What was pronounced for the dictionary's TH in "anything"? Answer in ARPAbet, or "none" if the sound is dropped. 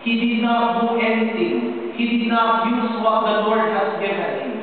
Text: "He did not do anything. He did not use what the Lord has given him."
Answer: T